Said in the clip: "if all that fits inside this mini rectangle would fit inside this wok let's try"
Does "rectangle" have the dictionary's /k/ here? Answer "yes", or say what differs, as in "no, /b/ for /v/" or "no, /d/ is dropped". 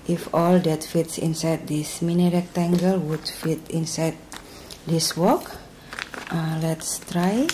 yes